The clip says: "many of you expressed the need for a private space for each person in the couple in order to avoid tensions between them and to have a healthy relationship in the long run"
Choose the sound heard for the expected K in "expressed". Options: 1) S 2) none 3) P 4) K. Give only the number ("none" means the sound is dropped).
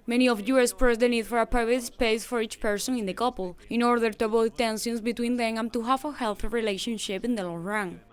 2